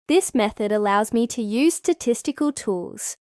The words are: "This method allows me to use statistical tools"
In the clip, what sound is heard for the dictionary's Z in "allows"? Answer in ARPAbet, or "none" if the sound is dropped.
Z